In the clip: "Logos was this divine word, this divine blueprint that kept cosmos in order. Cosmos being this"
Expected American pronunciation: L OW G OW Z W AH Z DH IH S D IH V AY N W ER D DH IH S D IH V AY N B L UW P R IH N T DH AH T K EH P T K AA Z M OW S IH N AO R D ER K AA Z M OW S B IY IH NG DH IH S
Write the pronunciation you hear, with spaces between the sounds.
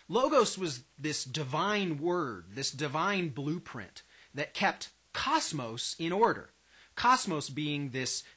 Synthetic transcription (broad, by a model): L OW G OW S W AH Z DH IH S D IH V AY N W ER D DH IH S D IH V AY N B L UW P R IH N DH AH T K EH P T K AA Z M OW S IH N AO R D ER K AA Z M OW S B IY IH NG DH IH S